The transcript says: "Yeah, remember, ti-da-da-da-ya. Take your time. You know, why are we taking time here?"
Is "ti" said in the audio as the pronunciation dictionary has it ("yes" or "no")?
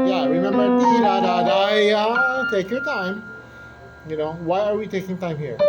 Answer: no